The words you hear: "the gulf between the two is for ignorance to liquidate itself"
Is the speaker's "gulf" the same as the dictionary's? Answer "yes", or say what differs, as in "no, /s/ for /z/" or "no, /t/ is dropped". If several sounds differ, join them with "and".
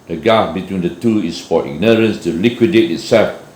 no, /l/ is dropped